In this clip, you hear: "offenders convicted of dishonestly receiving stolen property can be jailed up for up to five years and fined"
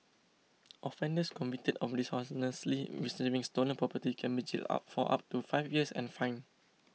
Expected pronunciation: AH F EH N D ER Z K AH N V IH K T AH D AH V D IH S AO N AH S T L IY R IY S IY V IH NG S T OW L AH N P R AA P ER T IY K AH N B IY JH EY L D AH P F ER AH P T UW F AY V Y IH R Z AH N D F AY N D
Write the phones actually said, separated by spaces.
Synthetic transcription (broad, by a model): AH F EH N D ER S K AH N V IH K T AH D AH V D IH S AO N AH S L IY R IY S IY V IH NG S T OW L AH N P R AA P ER T IY K AH N B IY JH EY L AA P F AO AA P T UW F AY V Y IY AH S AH N F AY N